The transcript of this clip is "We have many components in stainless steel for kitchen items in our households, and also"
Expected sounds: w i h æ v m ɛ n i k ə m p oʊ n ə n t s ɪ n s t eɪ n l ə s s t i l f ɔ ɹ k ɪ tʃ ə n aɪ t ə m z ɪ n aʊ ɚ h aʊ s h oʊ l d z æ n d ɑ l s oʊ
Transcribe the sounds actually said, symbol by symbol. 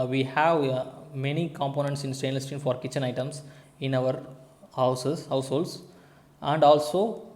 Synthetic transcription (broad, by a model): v i h æ v m ɛ n i k ə m p oʊ n ə n t s ɪ n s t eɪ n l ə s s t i n f ɔ ɹ k ɪ tʃ ə n aɪ t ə m s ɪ n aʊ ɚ h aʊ s h oʊ l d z æ n d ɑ l s oʊ